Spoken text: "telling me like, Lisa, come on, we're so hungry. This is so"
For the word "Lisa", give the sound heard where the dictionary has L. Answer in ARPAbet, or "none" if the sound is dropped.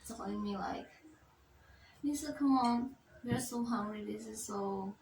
N